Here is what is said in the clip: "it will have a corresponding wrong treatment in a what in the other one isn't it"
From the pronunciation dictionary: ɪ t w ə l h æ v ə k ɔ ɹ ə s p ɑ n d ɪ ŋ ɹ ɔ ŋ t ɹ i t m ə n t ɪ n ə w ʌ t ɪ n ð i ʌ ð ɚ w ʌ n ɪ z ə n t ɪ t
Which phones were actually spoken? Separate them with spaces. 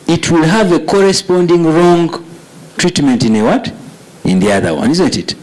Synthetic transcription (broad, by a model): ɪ t w ə l h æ v ə k ɔ ɹ ə s p ɑ n d ɪ ŋ ɹ ɔ ŋ t ɹ i t m ə n t ɪ n ə w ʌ t ɪ n ð i ʌ ð ɚ w ʌ n ɪ z ə n t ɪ t